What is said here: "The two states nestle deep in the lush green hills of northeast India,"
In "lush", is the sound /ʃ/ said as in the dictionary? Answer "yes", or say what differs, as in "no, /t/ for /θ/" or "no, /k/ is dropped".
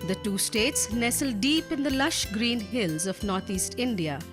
yes